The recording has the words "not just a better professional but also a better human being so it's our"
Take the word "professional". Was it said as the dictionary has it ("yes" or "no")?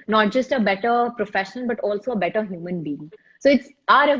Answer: no